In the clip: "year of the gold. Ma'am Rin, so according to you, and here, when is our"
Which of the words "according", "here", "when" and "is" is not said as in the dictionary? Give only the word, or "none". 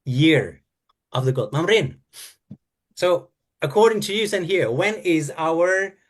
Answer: none